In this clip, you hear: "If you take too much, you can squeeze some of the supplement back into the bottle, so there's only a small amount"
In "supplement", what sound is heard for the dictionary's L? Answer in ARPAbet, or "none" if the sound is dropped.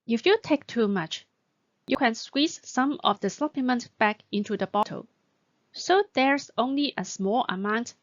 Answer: none